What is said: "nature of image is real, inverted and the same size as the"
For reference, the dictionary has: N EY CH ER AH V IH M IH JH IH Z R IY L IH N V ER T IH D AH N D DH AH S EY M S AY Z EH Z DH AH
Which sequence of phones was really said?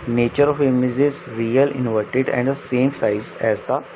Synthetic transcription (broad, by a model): N EY CH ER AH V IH M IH Z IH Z R IY L IH N V ER T IH D AH N D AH S EY M S AY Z EH Z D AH